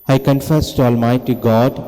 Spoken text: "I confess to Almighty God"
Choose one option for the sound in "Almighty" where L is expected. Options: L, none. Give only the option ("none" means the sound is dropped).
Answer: L